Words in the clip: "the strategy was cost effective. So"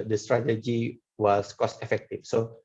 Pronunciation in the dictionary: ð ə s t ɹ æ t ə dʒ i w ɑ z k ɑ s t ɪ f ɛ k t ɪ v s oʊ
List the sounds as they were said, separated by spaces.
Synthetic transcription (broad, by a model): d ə s t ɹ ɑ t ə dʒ i w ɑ s k ɑ s t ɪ f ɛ k t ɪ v s oʊ